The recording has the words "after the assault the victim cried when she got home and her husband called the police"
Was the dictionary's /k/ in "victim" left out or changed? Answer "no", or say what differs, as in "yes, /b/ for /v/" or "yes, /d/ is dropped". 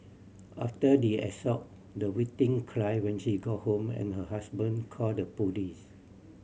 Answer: yes, /k/ is dropped